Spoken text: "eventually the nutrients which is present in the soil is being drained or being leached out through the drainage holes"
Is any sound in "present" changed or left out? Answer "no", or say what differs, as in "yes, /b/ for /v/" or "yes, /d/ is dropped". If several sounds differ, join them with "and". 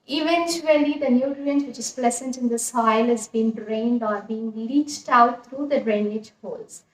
yes, /l/ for /ɹ/